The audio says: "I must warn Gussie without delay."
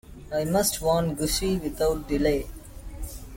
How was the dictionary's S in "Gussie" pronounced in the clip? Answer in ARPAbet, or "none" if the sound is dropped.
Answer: SH